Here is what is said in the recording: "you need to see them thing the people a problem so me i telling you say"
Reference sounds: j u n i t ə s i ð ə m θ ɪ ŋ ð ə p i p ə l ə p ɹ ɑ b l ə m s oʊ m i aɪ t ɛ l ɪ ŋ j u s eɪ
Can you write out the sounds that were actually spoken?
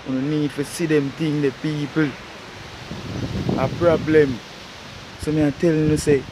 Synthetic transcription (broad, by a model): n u n i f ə s i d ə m t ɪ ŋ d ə p i p ə l ə p ɹ ɑ b l ə m s oʊ m i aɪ t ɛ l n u s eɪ